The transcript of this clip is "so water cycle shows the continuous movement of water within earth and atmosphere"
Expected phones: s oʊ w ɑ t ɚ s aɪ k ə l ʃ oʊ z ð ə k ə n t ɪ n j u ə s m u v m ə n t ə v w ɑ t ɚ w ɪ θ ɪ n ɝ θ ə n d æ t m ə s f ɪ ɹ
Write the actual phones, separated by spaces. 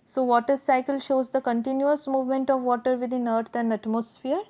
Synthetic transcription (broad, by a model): s oʊ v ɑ t ɚ s aɪ k ə l ʃ oʊ z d ə k ə n t ɪ n j u ə s m u v m ə n t ə v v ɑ t ɚ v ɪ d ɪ n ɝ t ə n d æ t m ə s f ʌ ɹ